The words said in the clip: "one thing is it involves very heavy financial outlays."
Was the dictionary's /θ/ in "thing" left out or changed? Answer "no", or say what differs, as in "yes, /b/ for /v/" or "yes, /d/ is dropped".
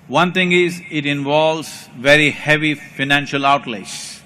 yes, /t/ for /θ/